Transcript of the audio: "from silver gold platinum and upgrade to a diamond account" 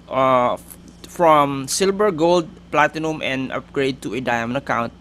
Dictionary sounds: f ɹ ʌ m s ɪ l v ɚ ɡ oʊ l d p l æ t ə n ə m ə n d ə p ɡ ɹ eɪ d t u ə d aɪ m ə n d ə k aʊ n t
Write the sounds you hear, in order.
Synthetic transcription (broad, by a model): f ɹ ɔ m s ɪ l b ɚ ɡ oʊ l d p l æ t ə n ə m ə n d ə p ɡ ɹ eɪ d t u ə d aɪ m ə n ə k aʊ n t